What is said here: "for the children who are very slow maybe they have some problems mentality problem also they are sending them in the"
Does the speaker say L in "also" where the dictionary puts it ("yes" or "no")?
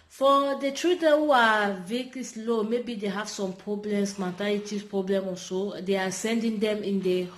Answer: no